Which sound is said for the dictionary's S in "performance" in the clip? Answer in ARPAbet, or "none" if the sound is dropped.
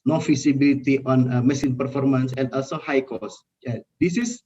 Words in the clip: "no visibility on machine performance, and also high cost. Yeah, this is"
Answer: S